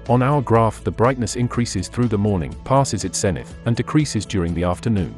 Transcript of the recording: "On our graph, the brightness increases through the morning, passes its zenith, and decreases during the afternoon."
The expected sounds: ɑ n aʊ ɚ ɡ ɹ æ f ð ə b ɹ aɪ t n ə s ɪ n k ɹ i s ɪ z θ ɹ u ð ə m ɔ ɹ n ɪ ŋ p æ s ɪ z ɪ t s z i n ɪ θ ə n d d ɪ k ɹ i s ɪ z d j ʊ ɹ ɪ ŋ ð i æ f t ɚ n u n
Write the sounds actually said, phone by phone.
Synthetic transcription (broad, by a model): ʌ n aʊ ɚ ɡ ɹ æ f ð ə b ɹ aɪ t n ə s ɪ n k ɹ i s ɪ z θ ɹ u ð ə m ɔ ɹ n ɪ ŋ p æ s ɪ z ɪ t s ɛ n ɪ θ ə n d d ɪ k ɹ i s ɪ z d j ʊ ɹ ɪ ŋ ð i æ f t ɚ n u n